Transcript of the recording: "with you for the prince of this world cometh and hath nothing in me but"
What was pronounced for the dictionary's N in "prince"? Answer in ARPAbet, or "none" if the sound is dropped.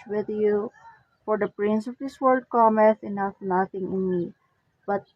N